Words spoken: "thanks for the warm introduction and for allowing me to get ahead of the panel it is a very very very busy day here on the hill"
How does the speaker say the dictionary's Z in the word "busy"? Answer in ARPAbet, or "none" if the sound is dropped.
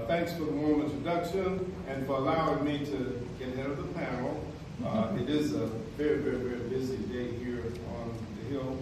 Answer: Z